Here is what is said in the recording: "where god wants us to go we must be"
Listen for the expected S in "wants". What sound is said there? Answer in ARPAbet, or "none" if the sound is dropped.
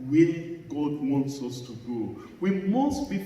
S